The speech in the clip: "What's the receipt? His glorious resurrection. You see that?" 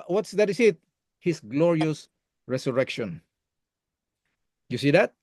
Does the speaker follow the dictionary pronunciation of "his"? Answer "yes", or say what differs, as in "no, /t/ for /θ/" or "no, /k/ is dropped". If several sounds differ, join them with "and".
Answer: no, /s/ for /z/